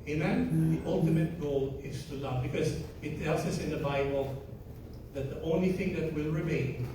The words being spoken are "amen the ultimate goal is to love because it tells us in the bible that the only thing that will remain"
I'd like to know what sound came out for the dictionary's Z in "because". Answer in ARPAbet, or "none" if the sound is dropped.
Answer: Z